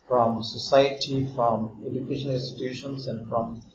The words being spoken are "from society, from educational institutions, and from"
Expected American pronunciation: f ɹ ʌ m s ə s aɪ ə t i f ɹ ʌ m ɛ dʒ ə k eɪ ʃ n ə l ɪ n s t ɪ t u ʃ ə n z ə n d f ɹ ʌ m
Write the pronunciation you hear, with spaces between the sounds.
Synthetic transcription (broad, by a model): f ɹ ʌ m s ə s aɪ ə t i f ɹ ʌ m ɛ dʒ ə k eɪ ʃ ə n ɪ n s t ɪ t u ʃ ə n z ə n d f ɹ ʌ m